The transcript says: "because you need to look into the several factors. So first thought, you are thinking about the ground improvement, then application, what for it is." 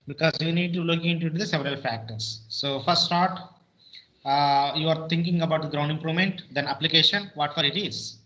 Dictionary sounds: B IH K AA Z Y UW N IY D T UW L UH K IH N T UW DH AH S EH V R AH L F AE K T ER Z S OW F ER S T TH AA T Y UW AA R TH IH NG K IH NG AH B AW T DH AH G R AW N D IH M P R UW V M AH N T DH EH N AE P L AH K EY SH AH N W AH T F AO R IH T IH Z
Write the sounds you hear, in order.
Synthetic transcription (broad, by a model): B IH K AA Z Y UW N IY D T UW L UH K IH N T UW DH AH S EH V R AH L F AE K T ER S OW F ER S T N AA T Y UW AA R T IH NG K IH NG AH B AW T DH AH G R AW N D IH M P R UW V M AH N T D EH N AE P L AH K EY SH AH N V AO T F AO R IH T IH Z